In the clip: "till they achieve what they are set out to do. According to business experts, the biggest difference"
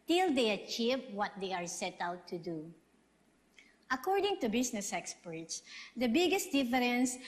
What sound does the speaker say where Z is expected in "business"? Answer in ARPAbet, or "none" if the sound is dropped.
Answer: S